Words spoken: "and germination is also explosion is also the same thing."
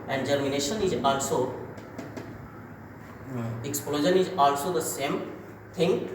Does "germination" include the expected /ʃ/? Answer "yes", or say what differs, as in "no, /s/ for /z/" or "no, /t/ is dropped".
yes